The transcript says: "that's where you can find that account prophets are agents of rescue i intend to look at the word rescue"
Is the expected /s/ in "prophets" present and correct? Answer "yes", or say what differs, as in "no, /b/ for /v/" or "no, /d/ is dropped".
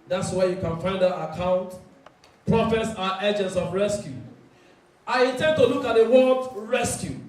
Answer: yes